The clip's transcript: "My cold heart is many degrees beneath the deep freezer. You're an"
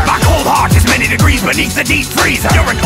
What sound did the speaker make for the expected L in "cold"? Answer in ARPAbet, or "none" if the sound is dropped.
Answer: L